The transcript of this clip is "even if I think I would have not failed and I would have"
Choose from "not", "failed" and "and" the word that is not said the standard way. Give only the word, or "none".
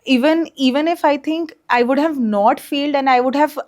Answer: none